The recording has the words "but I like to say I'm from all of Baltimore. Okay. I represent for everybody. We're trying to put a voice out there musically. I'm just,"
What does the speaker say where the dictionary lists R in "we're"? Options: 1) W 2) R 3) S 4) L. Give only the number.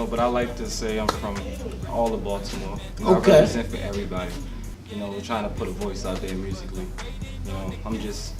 1